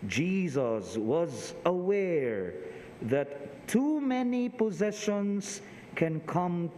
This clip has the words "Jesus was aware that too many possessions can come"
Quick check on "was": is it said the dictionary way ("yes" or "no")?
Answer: yes